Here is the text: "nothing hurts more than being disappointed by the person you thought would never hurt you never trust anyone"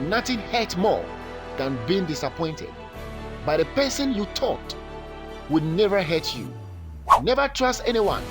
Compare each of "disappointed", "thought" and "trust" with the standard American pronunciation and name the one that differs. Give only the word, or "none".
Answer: thought